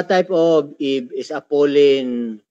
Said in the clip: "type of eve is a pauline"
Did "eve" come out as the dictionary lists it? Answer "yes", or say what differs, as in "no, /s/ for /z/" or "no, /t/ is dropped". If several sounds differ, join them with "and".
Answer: no, /b/ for /v/